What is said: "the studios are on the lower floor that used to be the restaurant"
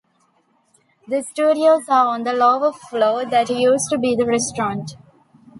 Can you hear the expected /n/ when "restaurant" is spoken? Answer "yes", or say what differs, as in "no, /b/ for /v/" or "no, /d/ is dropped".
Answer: yes